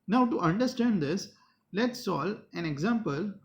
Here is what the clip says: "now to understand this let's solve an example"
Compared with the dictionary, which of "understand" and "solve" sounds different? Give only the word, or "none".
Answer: solve